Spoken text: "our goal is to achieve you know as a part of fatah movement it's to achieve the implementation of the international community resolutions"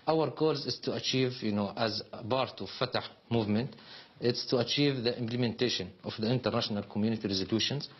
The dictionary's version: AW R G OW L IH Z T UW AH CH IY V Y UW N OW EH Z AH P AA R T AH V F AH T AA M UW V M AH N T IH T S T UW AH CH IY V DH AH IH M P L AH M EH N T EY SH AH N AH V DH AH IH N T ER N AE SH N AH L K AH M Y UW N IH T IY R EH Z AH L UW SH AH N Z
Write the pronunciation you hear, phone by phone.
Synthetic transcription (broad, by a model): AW R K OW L IH Z T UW AH CH IY V Y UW N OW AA Z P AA R T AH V F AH T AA M UW V M AH N T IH T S T UW AH CH IY V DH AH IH M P L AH M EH N T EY SH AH N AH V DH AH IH N T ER N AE SH N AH L K AH M Y UW N IH T IY R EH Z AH L UW SH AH N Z